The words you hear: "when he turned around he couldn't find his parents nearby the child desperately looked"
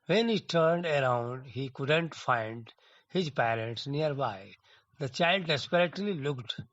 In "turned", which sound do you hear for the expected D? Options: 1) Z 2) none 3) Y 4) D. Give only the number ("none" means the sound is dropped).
4